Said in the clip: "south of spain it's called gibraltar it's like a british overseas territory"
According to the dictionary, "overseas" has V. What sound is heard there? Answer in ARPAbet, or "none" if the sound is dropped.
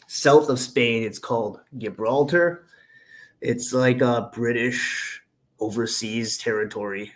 V